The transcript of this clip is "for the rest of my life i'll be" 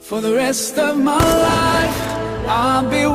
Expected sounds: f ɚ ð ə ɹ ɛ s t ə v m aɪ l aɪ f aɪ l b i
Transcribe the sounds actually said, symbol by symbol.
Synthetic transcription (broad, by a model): f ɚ ð ə ɹ ɛ s t ə v m aɪ l aɪ f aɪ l b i